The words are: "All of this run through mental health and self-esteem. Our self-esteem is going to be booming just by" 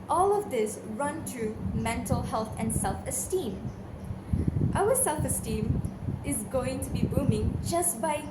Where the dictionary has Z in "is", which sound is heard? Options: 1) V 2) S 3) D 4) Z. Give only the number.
4